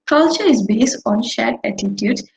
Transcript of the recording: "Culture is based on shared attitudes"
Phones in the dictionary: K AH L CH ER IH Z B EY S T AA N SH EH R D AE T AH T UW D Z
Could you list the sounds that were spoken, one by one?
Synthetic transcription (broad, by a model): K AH L CH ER IH Z B EY S T AA N SH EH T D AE T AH T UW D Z